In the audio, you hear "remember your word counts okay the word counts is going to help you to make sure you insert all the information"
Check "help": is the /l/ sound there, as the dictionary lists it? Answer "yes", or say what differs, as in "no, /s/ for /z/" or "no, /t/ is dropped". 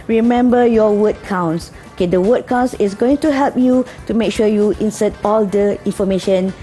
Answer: yes